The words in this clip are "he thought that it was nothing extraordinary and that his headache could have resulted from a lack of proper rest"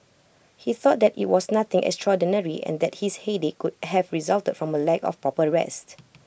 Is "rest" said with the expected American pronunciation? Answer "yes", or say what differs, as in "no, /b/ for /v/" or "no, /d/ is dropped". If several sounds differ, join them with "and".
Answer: yes